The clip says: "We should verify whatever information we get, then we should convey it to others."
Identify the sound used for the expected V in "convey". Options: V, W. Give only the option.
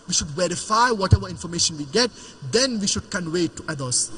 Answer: W